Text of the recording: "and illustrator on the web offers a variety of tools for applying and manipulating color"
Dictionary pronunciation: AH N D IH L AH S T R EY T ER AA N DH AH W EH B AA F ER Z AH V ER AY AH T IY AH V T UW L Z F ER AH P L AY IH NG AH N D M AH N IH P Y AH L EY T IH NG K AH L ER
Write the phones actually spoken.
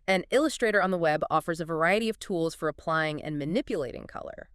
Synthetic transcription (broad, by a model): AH N IH L AH S T R EY T ER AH N DH AH W EH B AA F ER Z AH V ER AY AH T IY AH V T UW L Z F ER AH P L AY IH NG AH N M AH N IH P Y AH L EY T IH NG K AH L ER